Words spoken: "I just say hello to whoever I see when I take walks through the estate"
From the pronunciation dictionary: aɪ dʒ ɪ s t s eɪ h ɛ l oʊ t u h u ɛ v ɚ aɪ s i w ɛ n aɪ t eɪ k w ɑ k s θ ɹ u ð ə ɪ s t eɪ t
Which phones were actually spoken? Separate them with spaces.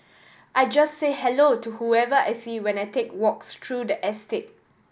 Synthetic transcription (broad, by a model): aɪ dʒ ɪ s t s eɪ h ɛ l oʊ t u h u ɛ v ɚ aɪ s i w ɛ n aɪ t eɪ k w ɑ k s t ɹ u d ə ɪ s t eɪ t